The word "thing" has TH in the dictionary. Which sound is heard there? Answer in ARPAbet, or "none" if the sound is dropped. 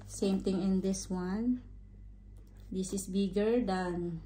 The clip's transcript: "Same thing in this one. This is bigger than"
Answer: T